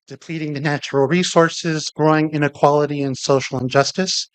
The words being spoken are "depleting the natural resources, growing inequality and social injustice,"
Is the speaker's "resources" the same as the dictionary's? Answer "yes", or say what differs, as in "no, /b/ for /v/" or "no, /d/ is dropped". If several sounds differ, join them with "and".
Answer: yes